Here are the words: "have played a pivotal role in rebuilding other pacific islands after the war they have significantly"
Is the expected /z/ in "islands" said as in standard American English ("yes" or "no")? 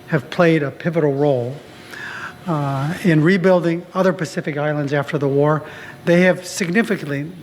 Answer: yes